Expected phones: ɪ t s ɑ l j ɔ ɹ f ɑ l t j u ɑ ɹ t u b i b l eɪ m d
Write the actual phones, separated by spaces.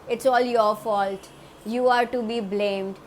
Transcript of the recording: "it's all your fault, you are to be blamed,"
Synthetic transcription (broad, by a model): ɪ t s ɑ l j ɔ ɹ f ɑ l t j u ɑ ɹ t u b i b l eɪ m d